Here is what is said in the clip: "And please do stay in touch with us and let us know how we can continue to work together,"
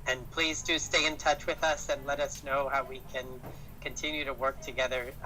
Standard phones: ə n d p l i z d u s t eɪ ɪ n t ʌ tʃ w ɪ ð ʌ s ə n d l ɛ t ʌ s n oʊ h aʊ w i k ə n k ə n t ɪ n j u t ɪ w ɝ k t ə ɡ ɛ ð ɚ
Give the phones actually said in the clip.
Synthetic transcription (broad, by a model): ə n p l i z d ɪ s t eɪ ɪ n t ʌ tʃ w ɪ ð ʌ s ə n l ɛ t ʌ s n oʊ h aʊ w i k ə n k ə n t ɪ n j u t ɪ w ɝ k t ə ɡ ɛ ð ɚ